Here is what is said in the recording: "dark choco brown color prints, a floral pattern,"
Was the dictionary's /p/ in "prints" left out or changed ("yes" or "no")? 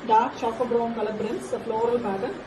yes